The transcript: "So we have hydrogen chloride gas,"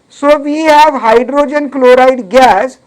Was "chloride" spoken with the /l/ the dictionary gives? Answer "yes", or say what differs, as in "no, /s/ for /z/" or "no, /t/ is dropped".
yes